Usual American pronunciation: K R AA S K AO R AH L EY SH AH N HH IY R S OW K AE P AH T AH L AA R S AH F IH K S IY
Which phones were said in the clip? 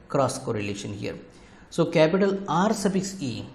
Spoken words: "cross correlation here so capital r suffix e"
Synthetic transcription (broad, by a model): K R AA S K AO R AH L EY SH AH N HH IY R S OW K AE P AH T AH L AA R S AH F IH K S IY